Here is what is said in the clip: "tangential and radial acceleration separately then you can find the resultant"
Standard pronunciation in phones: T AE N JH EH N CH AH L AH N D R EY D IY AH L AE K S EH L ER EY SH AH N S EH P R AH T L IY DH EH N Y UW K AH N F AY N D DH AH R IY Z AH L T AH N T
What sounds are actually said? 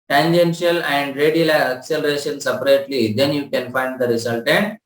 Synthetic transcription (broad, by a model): T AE N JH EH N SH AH L AH N D R EY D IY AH L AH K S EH L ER EY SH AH N S EH P R AH T L IY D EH N Y UW K AH N F AY N D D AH R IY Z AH L T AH N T